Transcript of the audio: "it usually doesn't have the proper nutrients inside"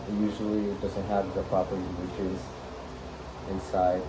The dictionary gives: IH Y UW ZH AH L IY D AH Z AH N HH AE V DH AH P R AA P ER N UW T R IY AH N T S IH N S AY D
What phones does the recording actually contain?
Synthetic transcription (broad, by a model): Y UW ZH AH L IY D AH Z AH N HH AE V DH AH P R AA P ER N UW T IY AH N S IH N S AY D